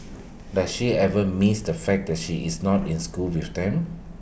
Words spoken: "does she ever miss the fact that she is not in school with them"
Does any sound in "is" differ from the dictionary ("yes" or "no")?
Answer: yes